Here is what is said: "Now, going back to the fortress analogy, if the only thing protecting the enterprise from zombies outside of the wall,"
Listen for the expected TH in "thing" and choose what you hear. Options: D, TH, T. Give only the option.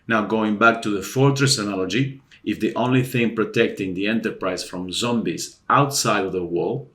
TH